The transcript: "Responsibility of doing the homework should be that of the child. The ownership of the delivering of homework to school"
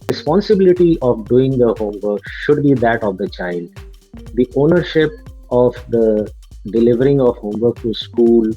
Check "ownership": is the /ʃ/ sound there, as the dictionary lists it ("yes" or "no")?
yes